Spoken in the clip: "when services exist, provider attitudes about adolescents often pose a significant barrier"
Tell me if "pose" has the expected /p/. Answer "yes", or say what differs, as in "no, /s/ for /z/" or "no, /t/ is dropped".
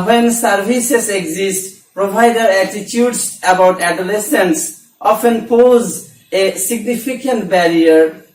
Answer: yes